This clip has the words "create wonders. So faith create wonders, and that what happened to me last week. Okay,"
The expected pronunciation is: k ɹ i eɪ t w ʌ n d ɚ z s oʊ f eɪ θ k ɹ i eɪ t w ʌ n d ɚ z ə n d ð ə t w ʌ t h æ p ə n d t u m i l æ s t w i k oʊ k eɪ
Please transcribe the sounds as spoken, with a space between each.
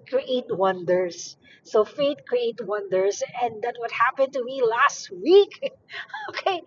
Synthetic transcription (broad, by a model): k ɹ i eɪ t w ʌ n d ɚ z s oʊ f eɪ t k ɹ i eɪ t w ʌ n d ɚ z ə n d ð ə t w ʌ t h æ p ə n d t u m i l æ s t w i k oʊ k eɪ